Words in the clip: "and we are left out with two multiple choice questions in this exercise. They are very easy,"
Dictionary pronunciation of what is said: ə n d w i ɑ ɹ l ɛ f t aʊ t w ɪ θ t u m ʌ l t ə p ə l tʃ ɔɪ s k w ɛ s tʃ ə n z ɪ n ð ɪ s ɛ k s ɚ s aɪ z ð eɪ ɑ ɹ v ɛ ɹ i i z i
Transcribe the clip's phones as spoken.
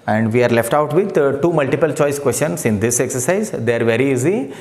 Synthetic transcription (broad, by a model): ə n d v i ɑ ɹ l ɛ f t aʊ t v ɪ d t u m ʌ l t ə p ə l tʃ ɔɪ s k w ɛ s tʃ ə n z ɪ n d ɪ s ɛ k s ɚ s aɪ z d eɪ ɑ ɹ v ɛ ɹ i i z i